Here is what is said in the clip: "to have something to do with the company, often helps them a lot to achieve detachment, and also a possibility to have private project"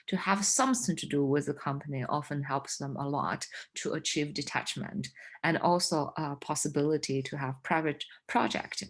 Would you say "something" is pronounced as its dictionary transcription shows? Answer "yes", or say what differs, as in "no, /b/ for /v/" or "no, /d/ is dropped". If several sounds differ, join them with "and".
yes